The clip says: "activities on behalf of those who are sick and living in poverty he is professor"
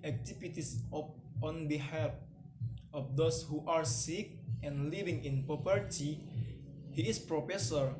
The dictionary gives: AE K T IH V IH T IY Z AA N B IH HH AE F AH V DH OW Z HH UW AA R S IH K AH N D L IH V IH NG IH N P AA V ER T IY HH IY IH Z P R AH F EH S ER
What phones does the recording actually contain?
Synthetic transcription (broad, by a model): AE K T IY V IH T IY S AA N B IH HH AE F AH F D OW S HH UW AA R S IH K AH N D L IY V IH NG IH N P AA P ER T IY HH IY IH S P R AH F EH S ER